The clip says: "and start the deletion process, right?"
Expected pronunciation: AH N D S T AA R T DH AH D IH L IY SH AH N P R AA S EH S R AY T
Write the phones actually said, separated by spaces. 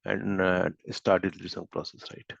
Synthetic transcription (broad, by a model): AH N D S T AA R T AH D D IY S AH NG P R AA S EH S R AY T